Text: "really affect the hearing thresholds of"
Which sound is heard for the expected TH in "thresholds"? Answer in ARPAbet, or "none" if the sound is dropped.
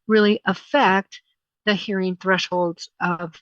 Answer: TH